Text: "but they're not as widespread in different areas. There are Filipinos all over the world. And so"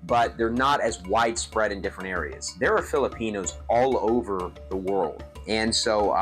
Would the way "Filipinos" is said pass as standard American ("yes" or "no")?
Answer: yes